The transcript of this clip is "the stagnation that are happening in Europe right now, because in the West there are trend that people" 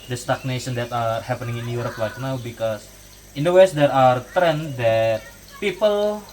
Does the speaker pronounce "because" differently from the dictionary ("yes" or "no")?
yes